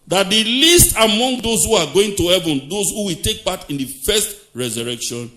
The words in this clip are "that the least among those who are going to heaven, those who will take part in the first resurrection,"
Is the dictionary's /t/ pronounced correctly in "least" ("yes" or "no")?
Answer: yes